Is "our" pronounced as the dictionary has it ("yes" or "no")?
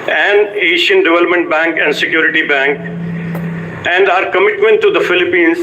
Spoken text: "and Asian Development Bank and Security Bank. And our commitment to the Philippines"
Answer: yes